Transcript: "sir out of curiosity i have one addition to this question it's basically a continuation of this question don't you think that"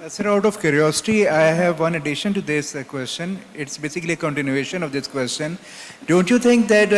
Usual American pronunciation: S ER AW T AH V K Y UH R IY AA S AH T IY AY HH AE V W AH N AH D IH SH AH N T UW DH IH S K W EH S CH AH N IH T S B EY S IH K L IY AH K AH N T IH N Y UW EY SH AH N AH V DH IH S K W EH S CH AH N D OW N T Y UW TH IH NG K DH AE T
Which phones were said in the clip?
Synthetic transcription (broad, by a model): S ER AW T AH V K Y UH R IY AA S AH T IY AY HH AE V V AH N AH D IH SH AH N T UW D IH S K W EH S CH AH N IH T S B EY S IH K L IY AH K AH N T IH N Y UW EY SH AH N AH V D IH S K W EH S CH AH N D OW N T Y UW T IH NG K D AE T